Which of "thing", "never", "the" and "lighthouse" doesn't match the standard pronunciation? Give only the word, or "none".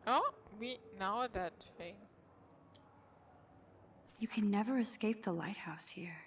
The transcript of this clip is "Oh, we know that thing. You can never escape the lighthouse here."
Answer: thing